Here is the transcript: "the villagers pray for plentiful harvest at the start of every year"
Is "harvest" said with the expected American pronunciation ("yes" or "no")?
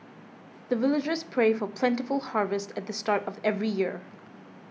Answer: yes